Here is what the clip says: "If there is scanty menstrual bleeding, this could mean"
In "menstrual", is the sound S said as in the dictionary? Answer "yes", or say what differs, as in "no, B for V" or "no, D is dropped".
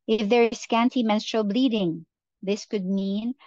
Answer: yes